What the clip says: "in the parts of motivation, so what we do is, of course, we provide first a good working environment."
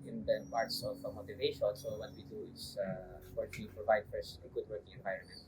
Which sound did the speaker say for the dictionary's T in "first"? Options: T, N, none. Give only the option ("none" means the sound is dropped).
none